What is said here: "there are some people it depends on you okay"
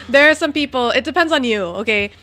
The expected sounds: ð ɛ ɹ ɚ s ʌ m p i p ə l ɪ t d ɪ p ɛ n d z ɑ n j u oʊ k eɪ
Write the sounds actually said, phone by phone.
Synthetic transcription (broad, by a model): ð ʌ ɹ s ʌ m p i p l ɪ t d ɪ p ɛ n d z n j u oʊ k eɪ